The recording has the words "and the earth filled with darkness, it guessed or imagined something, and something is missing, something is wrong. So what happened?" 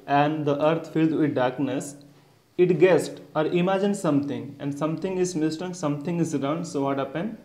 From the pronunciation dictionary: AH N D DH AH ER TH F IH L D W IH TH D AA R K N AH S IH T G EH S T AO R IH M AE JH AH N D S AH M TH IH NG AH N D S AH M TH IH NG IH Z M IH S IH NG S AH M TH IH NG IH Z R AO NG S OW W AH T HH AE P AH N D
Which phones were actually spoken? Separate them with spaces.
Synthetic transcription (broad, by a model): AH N D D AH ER T F IH L D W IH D D AA R K N AH S IH T G EH S T AO R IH M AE JH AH N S S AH M T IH NG AH N D S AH M T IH NG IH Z M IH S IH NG S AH M T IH NG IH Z R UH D S OW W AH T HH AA P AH N